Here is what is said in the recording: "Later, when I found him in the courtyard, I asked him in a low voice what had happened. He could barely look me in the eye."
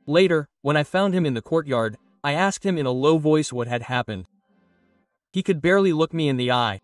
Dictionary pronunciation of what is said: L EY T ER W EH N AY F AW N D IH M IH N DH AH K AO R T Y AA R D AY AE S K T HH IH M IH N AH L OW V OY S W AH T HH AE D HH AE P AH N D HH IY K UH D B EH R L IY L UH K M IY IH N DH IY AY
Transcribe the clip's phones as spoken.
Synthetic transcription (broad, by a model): L EY T ER W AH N AY F AW N D IH M IH N DH AH K AO R T Y AA R D AY AE S K T HH IH M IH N AH L OW V OY S W AH T HH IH D HH AE P AH N D HH IY K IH D B EH R L IY L UH K M IY IH N DH IY AY